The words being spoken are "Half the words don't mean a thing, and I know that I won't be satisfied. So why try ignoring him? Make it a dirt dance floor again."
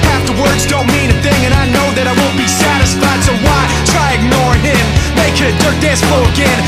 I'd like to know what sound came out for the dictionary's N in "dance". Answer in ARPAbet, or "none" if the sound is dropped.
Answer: none